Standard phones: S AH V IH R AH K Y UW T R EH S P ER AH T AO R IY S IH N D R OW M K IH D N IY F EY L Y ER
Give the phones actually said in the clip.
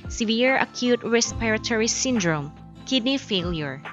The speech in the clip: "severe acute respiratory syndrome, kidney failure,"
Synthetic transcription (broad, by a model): S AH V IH R AH K Y UW T R EH S P ER AH T AO R IY S IH N D R OW M K IH D N IY F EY L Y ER